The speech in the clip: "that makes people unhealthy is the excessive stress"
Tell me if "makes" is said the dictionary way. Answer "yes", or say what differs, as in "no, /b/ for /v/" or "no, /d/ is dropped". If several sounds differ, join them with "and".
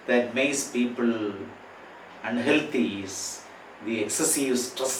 no, /k/ is dropped